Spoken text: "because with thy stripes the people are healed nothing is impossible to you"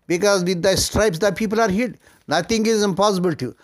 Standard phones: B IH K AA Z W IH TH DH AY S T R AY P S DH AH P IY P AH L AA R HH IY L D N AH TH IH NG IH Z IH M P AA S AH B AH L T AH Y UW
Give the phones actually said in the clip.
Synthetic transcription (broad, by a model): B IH K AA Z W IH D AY S T R AY P S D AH P IY P AH L AA R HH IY D N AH T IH NG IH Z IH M P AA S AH B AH L T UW